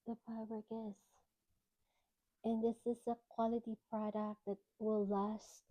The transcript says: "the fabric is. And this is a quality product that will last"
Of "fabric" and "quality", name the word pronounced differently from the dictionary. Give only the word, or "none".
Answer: fabric